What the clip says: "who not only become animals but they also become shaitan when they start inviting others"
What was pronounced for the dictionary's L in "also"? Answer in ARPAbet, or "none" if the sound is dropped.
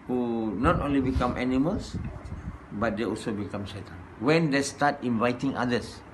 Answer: L